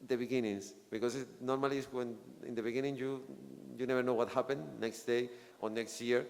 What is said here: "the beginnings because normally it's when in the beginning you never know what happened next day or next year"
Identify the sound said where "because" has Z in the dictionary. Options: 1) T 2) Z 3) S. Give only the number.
3